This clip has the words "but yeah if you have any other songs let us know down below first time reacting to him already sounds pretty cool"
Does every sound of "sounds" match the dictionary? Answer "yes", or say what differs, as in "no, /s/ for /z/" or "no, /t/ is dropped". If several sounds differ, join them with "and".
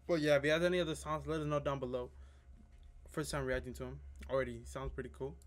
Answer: yes